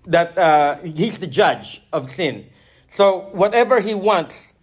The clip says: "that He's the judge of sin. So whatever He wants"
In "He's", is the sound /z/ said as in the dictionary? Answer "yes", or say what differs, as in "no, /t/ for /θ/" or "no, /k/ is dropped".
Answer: yes